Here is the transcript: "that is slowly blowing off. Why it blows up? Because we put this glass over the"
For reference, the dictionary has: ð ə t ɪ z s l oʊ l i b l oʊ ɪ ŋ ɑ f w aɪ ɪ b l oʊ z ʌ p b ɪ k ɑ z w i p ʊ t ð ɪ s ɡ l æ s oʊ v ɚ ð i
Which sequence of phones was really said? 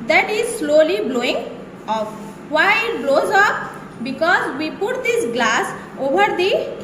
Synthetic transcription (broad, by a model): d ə t ɪ z s l oʊ l i b l oʊ ɪ ŋ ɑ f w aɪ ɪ b l oʊ z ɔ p b ɪ k ɑ z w i p ʊ t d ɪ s ɡ l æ s oʊ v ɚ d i